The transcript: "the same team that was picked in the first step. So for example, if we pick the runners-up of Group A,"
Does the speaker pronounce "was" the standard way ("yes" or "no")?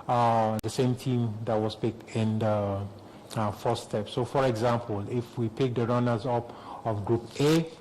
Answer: no